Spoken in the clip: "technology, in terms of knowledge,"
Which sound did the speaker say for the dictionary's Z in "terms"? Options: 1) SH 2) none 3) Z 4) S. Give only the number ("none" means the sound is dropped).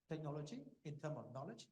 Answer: 2